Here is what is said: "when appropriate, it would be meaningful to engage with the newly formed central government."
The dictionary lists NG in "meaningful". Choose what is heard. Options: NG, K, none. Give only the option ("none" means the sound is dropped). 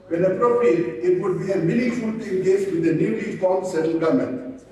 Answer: none